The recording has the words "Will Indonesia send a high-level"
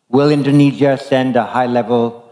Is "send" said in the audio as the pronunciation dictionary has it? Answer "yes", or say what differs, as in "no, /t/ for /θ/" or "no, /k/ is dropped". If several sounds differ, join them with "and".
yes